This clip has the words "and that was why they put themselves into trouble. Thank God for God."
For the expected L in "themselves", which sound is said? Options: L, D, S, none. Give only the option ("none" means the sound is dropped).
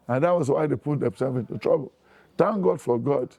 none